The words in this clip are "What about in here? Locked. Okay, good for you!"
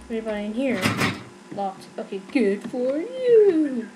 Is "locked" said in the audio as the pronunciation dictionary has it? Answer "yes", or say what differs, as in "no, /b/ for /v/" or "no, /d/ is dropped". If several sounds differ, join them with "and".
no, /k/ is dropped